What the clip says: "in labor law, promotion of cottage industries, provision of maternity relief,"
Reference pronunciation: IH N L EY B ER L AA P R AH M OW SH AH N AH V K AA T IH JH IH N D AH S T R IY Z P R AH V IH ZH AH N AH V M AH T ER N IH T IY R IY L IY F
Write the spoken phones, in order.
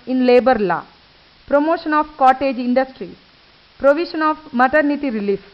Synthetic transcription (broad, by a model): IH N L EY B ER L AA P R AH M OW SH AH N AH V K AA T IH JH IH N D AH S T R IY P R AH V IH SH AH N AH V M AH T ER N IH T IY R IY L IY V